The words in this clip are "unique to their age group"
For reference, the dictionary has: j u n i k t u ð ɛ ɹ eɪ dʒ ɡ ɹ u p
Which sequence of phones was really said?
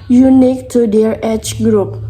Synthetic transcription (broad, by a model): j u n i k t u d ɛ ɹ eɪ tʃ ɡ ɹ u p